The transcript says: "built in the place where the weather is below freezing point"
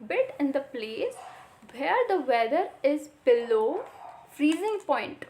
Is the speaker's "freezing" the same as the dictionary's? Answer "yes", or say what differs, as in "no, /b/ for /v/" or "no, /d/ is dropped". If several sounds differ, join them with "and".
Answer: yes